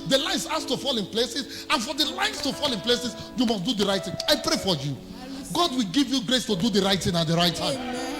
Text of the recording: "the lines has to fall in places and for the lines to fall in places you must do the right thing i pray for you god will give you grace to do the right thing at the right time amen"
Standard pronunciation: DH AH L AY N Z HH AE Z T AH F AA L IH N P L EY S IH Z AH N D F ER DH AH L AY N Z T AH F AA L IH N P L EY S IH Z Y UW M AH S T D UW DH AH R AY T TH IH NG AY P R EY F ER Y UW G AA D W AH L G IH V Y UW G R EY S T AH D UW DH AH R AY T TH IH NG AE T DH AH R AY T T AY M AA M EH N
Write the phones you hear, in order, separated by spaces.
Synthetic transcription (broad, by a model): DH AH L AY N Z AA S T AH F AA L IH N P L EY S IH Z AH N F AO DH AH L AY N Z T AH F AA L IH N P L EY S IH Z Y UW M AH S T D UW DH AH R AY T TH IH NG AY P R EY F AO Y UW G AA D W AH L G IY V Y UW G R EY S T AH D UW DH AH R AY T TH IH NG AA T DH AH R AY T T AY AA M